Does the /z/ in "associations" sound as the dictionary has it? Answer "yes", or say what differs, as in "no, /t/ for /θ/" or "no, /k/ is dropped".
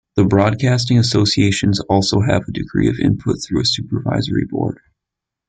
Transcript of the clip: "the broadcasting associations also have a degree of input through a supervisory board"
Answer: yes